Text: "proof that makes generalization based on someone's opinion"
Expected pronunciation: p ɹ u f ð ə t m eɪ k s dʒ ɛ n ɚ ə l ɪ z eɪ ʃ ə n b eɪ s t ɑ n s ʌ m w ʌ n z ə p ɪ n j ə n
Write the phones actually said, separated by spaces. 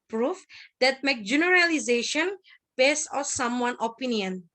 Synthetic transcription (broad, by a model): p ɹ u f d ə t m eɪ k dʒ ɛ n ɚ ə l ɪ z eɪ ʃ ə n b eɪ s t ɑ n s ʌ m w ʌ n ə p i n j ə n